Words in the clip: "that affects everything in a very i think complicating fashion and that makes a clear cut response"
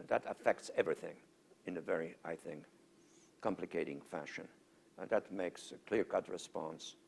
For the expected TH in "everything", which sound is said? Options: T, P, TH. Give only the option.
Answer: TH